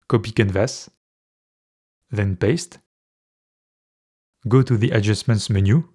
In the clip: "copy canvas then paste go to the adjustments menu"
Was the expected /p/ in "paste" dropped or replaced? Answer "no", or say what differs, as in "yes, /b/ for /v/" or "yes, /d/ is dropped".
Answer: no